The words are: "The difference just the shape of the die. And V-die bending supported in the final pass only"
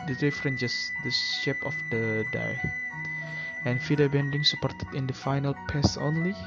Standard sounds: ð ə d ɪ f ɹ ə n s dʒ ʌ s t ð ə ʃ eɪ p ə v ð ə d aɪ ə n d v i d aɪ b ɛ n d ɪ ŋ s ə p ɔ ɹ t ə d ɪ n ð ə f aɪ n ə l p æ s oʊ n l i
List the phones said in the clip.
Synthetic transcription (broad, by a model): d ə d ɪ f ɹ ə n dʒ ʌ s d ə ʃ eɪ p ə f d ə d aɪ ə n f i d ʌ b ɛ n d ɪ ŋ s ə p ɔ ɹ t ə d ɪ n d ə f aɪ n ə l p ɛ s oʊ n l i